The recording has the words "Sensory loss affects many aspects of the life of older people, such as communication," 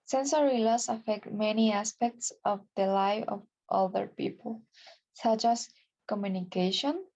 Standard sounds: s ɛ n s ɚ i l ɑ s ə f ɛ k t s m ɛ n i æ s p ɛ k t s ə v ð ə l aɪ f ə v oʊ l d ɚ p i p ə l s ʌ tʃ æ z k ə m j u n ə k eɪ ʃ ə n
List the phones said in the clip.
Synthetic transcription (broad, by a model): s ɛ n s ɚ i l ɑ s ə f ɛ k t m ɛ n i æ s p ɛ k t s ə v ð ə l aɪ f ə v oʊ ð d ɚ p i p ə l s ʌ tʃ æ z k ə m j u n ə k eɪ ʃ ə n